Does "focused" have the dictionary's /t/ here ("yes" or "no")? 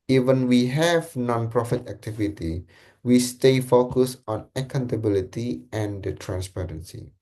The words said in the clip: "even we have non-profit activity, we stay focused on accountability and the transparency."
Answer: no